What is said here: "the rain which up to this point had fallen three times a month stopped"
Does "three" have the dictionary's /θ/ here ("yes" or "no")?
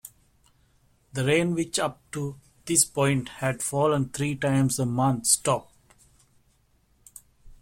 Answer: no